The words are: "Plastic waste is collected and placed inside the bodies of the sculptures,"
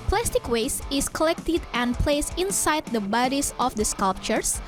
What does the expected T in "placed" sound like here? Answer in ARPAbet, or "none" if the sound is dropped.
none